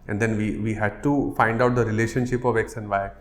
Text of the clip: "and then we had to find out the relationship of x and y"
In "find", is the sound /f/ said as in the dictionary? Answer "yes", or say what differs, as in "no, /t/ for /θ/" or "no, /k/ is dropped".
yes